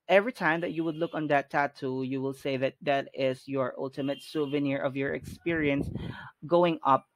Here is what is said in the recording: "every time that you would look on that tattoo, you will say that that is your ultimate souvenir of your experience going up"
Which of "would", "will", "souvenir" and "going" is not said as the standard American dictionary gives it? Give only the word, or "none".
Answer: none